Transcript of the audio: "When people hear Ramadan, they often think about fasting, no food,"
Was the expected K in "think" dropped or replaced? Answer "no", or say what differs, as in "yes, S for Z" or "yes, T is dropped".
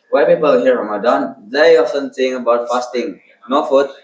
yes, K is dropped